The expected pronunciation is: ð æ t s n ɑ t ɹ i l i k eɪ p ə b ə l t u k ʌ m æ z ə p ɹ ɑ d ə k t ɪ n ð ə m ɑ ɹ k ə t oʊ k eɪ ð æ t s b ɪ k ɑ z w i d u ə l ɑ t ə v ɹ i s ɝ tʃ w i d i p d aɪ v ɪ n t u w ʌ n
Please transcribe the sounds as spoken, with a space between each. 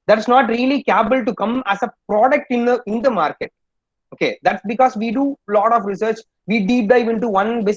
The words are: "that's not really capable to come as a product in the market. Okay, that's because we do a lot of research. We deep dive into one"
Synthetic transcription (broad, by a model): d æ t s n ɑ t ɹ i l i k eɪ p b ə l t u k ʌ m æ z ə p ɹ ɑ d ə k t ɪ n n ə m ɑ ɹ k ə t oʊ k eɪ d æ t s b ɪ k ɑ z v i d u l ɑ t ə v ɹ i s ɝ tʃ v i d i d d aɪ v ɪ n t u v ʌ n